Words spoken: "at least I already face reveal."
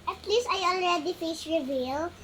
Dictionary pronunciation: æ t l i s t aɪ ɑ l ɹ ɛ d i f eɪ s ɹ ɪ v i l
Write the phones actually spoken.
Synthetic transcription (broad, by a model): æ t l i s t aɪ ɑ l ɹ ɛ d i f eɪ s ɹ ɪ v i l